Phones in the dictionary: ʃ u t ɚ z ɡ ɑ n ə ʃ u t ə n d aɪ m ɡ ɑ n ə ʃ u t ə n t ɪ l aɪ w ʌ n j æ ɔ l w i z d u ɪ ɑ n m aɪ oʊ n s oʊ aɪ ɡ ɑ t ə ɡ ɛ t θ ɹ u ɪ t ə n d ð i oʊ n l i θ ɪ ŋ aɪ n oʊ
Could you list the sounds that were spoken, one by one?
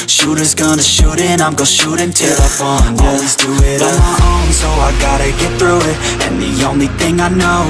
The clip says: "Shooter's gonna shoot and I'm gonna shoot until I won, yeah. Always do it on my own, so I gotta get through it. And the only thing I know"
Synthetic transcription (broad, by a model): ʃ u t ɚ z ɡ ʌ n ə ʃ u t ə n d aɪ m ɡ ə ʃ u t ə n t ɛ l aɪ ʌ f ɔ n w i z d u ɪ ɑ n m aɪ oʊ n s oʊ aɪ ɡ ɑ t ə ɡ ɛ t θ ɹ u ɪ t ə n ð i oʊ n l i θ ɪ ŋ aɪ n oʊ